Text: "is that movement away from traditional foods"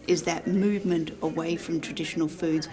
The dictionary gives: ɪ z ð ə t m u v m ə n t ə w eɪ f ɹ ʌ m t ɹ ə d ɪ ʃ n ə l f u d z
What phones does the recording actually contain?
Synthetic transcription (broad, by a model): ɪ z ð ə t m u v m ə n t ə w eɪ f ɹ ʌ m t ɹ ə d ɪ ʃ n ə l f u d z